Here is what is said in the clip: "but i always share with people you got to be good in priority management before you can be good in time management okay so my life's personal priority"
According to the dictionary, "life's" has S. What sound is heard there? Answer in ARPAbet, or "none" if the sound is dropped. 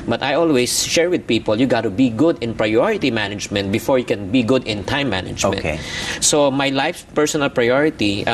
none